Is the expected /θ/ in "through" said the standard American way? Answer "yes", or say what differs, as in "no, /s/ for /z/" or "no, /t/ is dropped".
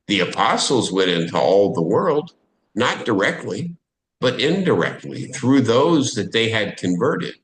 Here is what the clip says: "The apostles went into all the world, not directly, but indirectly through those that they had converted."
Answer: yes